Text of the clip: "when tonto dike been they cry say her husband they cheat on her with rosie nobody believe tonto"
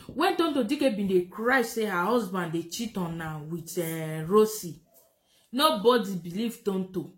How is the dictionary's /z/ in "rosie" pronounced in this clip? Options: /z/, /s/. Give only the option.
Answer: /s/